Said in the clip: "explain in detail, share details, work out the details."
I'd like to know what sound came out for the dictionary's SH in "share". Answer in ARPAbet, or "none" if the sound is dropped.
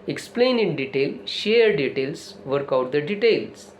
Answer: SH